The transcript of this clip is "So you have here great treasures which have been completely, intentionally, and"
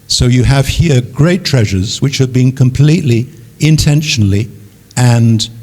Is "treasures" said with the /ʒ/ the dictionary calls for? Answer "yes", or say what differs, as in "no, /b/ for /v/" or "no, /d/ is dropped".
yes